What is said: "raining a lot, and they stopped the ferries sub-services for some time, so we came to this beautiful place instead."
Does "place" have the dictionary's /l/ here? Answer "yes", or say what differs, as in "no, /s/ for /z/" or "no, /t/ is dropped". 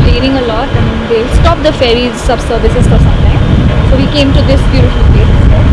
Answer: no, /l/ is dropped